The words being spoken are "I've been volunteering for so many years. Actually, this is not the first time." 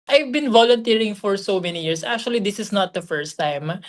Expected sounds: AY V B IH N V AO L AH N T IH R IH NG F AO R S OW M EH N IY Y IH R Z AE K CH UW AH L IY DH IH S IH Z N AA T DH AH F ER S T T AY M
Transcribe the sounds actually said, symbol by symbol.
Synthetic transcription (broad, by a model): AY V B IH N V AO L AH N T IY R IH NG F AO R S OW M EH N IY Y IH R S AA K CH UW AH L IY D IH S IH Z N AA T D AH F ER S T T AY M